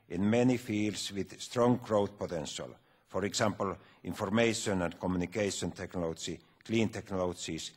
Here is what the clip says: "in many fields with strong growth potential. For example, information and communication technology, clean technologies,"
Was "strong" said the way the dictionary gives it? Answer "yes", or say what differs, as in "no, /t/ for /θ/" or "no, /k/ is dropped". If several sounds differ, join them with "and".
yes